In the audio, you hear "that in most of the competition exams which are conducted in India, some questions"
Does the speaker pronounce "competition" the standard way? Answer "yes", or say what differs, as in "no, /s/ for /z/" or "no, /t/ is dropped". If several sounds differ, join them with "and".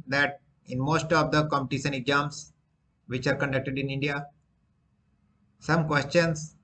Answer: no, /s/ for /ʃ/